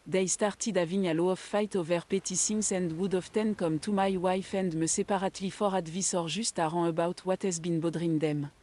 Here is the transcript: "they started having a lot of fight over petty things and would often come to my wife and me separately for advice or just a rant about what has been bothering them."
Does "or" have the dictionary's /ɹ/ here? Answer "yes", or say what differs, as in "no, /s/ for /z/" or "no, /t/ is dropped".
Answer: yes